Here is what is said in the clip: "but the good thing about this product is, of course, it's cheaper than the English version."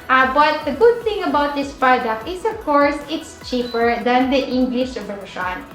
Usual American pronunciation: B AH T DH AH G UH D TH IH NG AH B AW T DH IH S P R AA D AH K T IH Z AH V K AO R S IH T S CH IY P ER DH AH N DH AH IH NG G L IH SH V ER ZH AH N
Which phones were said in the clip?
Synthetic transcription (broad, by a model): B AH T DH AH G UH D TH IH NG AH B AW T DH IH S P R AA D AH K IH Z AH V K AO R S IH T S CH IY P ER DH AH N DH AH IH NG G L IH SH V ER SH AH N